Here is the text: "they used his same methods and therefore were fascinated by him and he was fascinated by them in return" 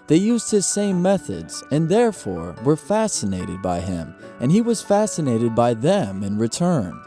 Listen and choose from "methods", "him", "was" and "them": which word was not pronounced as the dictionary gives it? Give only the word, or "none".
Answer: none